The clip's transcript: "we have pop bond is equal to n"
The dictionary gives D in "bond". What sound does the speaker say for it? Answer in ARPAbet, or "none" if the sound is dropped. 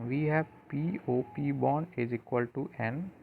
none